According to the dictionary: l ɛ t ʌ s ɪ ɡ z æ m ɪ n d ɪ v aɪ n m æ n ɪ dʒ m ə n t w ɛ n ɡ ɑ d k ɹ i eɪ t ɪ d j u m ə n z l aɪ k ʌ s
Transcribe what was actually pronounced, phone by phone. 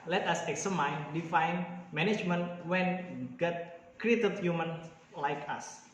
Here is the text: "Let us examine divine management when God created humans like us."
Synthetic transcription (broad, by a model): l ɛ t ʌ s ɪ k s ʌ m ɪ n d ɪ f aɪ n m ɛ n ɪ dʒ m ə n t w ɛ n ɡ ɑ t k ɹ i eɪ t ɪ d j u m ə n l aɪ k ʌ s